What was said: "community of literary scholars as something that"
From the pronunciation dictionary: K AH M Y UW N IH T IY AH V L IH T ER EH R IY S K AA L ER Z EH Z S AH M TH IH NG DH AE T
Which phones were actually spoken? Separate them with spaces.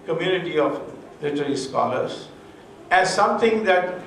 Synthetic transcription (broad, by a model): K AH M Y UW N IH T IY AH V L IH T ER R IY S K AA L ER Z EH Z S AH M T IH NG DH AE T